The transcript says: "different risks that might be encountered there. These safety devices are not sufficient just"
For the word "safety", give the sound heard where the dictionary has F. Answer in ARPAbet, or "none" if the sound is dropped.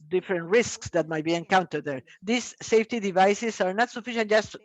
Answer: F